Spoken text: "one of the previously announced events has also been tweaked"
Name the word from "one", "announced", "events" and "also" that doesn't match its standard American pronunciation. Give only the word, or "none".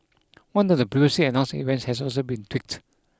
announced